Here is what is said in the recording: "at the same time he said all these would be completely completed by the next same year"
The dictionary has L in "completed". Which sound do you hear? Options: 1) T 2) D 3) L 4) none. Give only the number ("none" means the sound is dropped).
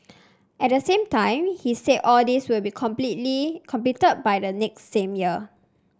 4